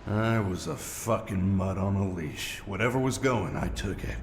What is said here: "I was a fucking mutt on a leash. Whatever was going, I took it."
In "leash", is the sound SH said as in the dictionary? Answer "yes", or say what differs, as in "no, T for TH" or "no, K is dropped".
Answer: yes